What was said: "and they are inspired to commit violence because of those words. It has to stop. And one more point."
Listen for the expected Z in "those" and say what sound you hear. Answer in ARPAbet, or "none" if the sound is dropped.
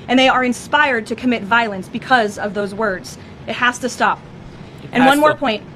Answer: Z